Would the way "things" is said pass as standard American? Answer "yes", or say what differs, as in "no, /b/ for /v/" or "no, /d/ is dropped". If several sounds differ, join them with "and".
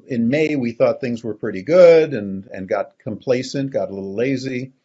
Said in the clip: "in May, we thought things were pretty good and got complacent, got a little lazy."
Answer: yes